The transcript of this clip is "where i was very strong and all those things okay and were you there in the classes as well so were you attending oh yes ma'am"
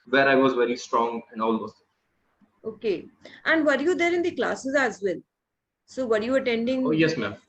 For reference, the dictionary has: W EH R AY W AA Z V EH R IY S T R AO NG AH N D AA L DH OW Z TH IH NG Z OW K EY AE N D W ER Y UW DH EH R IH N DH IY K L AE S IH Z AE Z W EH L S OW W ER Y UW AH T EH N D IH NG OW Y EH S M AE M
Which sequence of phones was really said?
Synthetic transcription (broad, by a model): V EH R AY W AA Z V EH R IY S T R AO NG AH N AA L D OW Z T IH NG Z OW K EY AE N D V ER Y UW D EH R IH N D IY K L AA S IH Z AE Z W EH L S OW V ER Y UW AH T EH N D IH NG OW Y EH S M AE M